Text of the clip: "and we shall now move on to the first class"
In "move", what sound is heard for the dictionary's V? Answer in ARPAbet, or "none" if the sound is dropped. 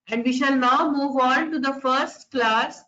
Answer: V